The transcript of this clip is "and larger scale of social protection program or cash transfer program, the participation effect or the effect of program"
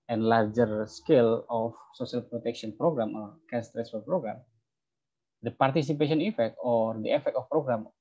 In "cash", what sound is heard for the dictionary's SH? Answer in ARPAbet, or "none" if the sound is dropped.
S